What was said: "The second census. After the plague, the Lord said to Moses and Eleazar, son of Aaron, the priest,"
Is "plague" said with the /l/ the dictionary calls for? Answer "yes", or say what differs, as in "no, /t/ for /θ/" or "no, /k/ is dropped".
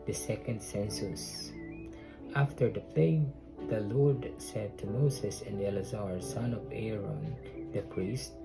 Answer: no, /l/ is dropped